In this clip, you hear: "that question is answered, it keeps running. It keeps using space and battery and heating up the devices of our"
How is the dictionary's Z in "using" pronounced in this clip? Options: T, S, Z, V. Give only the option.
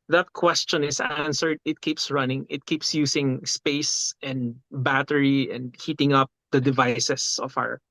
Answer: S